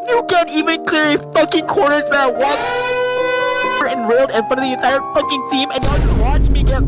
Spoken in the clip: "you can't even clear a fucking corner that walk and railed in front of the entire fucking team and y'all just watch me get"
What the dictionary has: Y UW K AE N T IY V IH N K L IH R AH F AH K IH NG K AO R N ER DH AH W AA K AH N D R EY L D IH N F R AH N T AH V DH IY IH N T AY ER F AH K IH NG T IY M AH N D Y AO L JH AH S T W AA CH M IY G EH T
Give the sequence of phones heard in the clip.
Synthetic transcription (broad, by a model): Y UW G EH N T IY V IH N K L IH R AH F AH K IH NG K AO R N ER DH AH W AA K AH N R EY L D IH N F AH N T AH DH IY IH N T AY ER F AH K IH NG T IY M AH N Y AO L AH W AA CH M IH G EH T